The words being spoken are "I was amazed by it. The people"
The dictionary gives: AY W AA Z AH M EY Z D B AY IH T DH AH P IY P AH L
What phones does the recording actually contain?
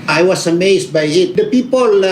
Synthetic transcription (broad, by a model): AY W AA S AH M EY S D B AY IH T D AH P IY P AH L